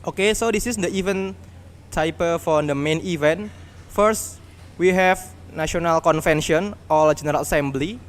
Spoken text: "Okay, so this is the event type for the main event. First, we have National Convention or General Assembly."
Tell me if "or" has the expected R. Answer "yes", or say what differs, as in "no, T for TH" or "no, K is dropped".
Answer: no, L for R